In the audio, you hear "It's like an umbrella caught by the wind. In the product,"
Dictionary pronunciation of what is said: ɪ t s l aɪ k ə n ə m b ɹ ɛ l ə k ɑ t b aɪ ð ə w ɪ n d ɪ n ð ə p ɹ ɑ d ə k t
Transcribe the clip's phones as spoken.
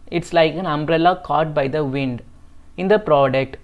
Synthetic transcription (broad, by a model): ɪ t s l aɪ k ə n ə m b ɹ ɛ l ə k ɑ t b aɪ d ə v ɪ n d ɪ n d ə p ɹ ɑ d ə k t